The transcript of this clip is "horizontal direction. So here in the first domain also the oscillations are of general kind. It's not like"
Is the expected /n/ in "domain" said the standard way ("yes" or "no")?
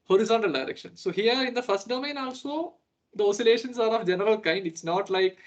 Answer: yes